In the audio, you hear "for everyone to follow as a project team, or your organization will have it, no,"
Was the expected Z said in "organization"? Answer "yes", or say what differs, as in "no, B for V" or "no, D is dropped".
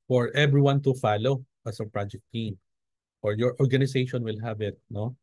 no, S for Z